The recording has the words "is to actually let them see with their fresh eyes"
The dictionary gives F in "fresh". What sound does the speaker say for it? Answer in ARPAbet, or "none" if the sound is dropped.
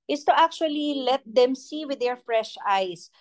F